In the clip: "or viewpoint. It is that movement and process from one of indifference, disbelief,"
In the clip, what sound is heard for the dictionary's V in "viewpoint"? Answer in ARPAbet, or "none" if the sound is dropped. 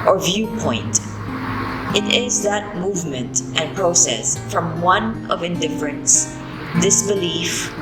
V